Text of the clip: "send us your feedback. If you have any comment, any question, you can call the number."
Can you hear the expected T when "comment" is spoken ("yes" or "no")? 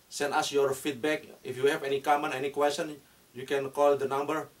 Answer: no